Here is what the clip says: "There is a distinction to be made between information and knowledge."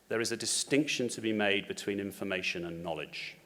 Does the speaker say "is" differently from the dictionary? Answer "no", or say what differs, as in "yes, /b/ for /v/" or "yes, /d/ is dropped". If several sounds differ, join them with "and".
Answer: no